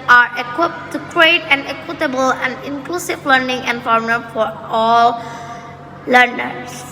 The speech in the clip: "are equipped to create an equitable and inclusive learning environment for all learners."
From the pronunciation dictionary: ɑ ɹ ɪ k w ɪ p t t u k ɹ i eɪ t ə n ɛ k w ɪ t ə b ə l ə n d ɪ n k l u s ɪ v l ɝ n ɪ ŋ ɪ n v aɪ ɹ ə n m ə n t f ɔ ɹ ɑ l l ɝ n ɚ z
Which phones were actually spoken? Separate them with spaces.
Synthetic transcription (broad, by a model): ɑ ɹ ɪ k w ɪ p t t u k ɹ i eɪ t ə n ɛ k w ɪ t ə b ə l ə n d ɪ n k l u s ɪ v l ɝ n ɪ ŋ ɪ n f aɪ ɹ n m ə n f ɔ ɹ ɑ l l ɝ n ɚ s